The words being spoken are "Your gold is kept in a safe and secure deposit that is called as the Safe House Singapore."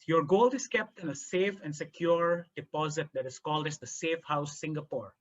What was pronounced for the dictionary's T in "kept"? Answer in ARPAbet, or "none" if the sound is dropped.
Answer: T